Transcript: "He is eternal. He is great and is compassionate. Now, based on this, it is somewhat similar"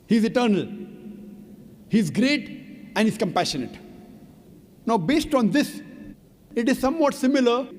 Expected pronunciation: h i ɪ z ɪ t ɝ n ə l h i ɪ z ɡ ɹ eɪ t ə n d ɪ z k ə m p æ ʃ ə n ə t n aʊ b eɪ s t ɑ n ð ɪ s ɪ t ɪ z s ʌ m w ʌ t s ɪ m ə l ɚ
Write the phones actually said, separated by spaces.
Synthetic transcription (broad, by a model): h i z ɪ t ɝ n ə l h i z ɡ ɹ eɪ t ə n d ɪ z k ə m p æ ʃ ə n ə t n aʊ b eɪ s t ɑ n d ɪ s ɪ t ɪ z s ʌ m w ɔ t s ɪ m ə l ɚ